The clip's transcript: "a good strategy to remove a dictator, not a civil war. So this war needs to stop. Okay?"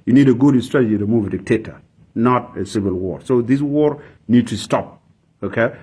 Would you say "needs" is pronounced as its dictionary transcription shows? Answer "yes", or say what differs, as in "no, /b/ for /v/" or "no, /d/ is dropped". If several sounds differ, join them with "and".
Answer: no, /z/ is dropped